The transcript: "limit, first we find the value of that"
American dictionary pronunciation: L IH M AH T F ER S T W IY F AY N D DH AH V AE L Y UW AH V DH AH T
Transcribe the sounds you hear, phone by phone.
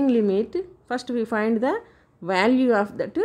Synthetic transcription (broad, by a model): L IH M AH T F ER S T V IY F AY N D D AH V AE L Y UW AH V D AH T